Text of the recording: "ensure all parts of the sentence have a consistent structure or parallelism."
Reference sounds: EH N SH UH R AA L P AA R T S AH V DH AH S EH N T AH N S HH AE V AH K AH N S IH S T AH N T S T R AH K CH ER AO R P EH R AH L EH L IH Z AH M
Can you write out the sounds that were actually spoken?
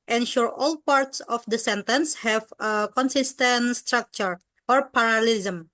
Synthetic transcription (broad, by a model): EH N SH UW R AA L P AA R T S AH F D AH S EH N T AH N S HH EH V AH K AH N S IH S T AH N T S T R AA K CH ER AO R P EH R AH L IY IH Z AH M